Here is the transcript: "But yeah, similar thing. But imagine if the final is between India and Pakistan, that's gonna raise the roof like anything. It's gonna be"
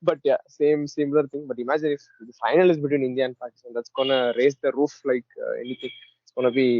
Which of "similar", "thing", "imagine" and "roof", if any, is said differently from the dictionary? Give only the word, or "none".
thing